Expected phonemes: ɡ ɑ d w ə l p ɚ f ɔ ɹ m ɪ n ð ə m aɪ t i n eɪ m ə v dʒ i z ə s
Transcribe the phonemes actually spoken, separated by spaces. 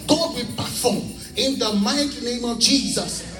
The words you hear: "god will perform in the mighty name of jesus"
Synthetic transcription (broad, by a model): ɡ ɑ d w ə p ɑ f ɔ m ɪ n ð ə m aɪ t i n eɪ m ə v dʒ i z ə s